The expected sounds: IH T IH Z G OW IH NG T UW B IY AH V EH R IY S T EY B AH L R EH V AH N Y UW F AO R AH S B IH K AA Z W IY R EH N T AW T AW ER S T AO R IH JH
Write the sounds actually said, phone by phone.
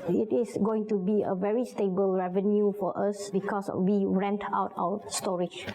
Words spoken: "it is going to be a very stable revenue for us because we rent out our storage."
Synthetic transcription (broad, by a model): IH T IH S G OW IH NG T UW B IY AH V EH R IY S T EY B AH L R EH V AH N Y UW F AO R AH S B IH K AA S W IY R EH N T AW T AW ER S T AO R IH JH